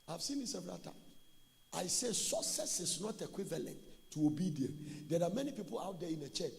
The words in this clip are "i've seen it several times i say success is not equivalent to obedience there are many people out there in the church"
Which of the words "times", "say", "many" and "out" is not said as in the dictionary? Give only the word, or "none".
times